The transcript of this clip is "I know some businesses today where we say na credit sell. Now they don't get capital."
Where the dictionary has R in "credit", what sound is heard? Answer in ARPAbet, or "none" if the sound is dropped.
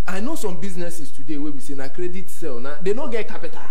R